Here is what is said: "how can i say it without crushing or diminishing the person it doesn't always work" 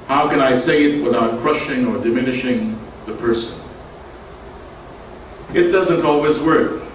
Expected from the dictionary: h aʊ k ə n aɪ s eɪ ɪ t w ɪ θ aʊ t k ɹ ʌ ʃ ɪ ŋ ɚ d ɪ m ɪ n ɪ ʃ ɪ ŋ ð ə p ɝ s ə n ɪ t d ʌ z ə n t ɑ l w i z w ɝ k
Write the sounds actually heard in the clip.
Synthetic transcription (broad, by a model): h aʊ k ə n aɪ s eɪ ɪ t w ɪ θ aʊ t k ɹ ʌ ʃ ɪ ŋ ɚ d ɪ m ɪ n ɪ ʃ ɪ ŋ ð ə p ɝ s ə n ɪ t d ʌ z ə n t ɑ l w i z w ɝ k